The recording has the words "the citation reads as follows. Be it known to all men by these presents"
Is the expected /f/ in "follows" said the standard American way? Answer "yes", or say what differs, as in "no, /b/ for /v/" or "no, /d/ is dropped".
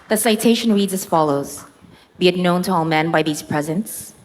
yes